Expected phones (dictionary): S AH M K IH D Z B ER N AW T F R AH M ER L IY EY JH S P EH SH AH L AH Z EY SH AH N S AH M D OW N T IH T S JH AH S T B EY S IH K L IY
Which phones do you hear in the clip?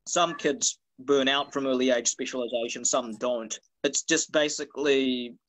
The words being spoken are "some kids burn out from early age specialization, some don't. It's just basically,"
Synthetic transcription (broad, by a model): S AH M K IH D Z B ER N AW T F R AH M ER L IY EY JH S P EH SH AH L AH Z EY SH AH N S AH M D OW N T IH T S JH AH S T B EY S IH K L IY